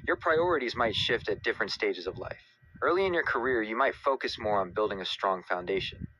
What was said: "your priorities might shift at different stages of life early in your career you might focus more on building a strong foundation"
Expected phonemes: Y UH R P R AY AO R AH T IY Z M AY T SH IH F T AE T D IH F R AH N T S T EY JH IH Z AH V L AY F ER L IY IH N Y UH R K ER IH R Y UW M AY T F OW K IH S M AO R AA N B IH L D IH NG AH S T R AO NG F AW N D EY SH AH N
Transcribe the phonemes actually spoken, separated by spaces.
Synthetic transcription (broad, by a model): Y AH R P R AY AO R AH T IY Z M AY T SH IH F T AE T D IH F R AH N T S T EY JH IH Z AH V L AY F ER L IY IH N Y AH R K ER IH R Y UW M AY T F OW K IH S M AO R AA N B IH L D IH NG AH S T R AO NG F AW N D EY SH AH N